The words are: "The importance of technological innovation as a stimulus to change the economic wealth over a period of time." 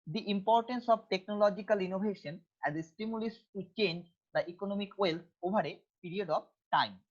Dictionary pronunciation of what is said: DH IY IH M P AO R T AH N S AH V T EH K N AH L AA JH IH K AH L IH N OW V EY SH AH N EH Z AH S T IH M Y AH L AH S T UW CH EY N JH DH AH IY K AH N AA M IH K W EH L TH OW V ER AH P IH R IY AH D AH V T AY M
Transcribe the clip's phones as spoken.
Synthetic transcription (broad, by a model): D IY IH M P AO R T AH N S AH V T EH K N AH L AA JH IH K AH L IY N OW B EY SH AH N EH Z AH S T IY M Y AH L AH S T UW CH EY N JH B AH IY K AH N AA M IH K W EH L T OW B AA AH P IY R IY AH D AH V T AY M